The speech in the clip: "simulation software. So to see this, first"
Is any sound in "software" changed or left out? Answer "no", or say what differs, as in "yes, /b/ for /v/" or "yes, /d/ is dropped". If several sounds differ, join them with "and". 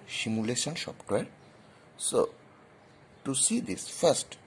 yes, /p/ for /f/